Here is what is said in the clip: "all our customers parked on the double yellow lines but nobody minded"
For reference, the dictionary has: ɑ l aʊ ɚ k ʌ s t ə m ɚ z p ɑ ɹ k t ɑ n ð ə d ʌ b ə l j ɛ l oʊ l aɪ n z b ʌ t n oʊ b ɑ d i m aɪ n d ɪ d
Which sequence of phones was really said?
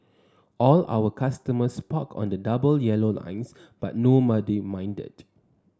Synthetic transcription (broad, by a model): ɑ l aʊ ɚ k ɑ s t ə m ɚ s p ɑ k ɑ n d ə d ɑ b ə l j ɛ l oʊ l aɪ n s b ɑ t n oʊ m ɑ d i m aɪ n d ɪ d